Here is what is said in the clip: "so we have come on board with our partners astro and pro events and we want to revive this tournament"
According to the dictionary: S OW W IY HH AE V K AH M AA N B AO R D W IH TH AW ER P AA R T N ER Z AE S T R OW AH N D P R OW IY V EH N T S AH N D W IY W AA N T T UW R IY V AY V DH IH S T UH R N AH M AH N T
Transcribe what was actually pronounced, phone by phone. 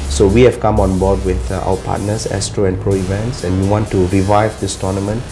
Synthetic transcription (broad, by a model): S OW W IY HH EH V K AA M AA N B AO D W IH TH AW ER P AA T N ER S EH S T R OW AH N P R OW IY V EH N T S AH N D W IY W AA N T T UW R IY V AY V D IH S T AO N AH M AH N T